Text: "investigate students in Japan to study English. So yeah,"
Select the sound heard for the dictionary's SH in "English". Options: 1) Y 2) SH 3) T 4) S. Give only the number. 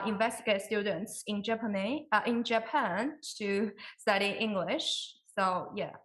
2